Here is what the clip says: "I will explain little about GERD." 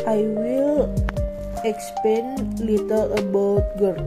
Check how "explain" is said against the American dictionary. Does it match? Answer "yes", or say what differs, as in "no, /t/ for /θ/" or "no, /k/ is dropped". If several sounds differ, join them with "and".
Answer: no, /l/ is dropped